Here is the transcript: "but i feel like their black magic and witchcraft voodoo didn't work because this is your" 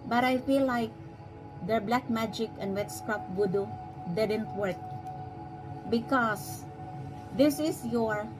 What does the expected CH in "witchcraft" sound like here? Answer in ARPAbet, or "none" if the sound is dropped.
S